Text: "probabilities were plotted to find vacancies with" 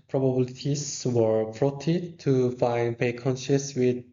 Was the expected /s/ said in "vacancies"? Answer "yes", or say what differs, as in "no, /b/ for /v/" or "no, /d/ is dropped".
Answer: no, /ʃ/ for /s/